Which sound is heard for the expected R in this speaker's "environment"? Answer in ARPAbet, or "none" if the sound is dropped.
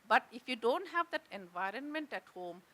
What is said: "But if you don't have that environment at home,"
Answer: R